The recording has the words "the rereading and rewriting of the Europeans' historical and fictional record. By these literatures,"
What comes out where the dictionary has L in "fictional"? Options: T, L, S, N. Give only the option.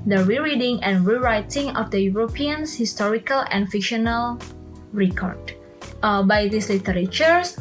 L